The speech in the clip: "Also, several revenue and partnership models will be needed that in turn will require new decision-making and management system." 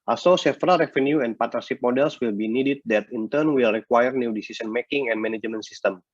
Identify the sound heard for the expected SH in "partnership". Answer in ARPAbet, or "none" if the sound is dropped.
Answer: S